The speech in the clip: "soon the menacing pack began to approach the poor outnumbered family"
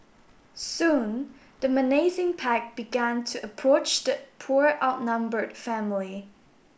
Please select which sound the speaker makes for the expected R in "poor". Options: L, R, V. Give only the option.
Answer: R